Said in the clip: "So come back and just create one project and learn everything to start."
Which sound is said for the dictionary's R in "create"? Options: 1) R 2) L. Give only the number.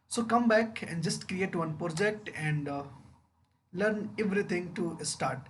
1